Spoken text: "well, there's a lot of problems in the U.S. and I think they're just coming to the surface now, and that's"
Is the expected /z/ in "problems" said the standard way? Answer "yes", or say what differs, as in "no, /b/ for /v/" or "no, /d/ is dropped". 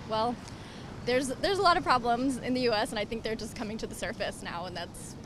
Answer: yes